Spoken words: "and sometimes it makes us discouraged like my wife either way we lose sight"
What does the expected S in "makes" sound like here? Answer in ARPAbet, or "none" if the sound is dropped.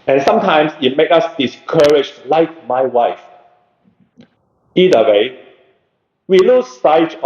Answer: none